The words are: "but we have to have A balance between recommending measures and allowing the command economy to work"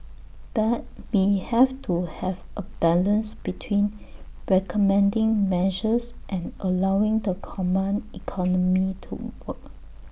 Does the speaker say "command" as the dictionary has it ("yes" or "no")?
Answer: no